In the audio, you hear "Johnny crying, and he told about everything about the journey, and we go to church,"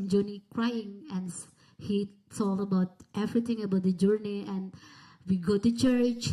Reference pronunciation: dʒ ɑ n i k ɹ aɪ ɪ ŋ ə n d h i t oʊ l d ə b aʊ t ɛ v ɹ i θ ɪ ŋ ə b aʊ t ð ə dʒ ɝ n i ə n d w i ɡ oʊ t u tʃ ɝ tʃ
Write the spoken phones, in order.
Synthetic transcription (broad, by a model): dʒ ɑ n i k ɹ aɪ ɪ ŋ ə n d h i s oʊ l ə b aʊ t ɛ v ɹ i t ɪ ŋ ə b aʊ t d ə dʒ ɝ n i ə n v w i ɡ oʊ t u tʃ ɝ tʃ